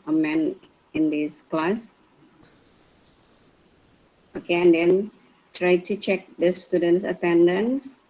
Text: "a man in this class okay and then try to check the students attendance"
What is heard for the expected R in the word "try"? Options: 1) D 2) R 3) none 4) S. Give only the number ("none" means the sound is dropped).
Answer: 2